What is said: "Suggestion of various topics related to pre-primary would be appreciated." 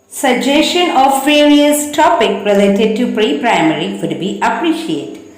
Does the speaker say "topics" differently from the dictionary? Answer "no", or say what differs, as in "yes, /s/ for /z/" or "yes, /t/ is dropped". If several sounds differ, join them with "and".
yes, /s/ is dropped